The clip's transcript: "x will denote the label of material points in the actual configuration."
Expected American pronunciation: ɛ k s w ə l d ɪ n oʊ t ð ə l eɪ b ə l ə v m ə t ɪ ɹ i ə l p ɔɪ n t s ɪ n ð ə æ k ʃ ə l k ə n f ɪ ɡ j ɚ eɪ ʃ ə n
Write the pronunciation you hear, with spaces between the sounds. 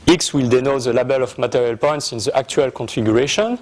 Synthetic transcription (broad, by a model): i k s w ə l d ɪ n oʊ t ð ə l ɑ b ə l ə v m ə t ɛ ɹ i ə l p ɔɪ n t s ɪ n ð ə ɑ k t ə l k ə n f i ɡ j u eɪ ʃ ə n